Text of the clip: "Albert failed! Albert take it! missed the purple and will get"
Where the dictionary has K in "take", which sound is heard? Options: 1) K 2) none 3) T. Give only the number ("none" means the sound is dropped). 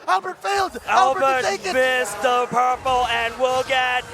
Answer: 2